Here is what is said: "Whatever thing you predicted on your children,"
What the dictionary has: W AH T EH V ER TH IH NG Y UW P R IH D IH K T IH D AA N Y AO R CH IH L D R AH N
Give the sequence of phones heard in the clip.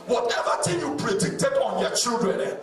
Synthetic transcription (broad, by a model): W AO T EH V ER T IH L Y UW P R IH D IH K T IH D AA N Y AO CH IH L D R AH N